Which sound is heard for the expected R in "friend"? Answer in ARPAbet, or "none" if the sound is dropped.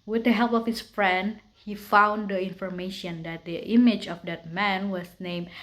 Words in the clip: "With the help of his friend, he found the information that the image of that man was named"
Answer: R